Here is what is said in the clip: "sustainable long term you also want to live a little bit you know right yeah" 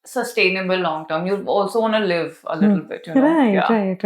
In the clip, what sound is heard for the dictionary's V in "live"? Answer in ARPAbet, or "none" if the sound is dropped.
V